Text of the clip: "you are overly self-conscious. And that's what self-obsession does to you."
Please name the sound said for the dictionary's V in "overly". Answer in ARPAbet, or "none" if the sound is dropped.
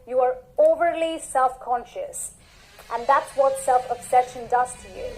V